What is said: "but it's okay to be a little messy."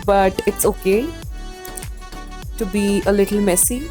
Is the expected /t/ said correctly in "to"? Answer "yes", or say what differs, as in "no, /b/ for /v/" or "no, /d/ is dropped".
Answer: yes